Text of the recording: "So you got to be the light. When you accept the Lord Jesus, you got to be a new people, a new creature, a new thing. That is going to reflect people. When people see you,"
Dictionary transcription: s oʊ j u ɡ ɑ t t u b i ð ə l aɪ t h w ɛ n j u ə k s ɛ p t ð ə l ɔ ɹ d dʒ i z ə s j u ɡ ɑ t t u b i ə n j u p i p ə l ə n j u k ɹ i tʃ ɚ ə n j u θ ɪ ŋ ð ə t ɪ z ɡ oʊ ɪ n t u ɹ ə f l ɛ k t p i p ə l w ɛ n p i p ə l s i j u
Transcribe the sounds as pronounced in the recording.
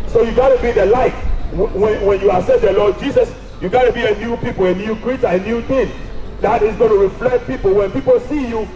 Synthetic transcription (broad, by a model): s oʊ j u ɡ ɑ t t u b i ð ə l aɪ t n w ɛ n j u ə s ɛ t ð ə l ɔ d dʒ i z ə s j u ɡ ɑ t t u b i ə n j u p i p ə l ə n j u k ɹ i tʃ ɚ ə n j u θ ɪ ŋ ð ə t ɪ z ɡ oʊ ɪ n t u ɹ ə f l ɛ k t p i p ə l w ɛ n p i p ə l s i j u